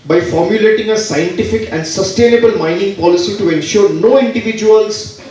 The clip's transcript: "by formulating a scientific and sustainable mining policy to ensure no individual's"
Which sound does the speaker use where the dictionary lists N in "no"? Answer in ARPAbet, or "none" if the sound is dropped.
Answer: N